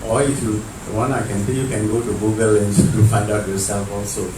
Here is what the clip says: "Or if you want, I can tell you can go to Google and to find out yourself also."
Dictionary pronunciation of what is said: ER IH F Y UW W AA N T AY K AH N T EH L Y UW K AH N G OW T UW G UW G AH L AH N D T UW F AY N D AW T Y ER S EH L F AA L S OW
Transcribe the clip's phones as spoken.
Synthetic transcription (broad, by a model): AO IH F Y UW W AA N AY K AH N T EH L Y UW K AH N G OW T UW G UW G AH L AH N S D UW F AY D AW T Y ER S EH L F AA L S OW